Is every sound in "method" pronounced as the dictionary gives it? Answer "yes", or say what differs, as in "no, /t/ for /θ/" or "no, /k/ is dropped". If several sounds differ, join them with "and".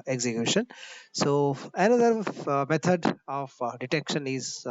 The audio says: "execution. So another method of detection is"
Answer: no, /t/ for /θ/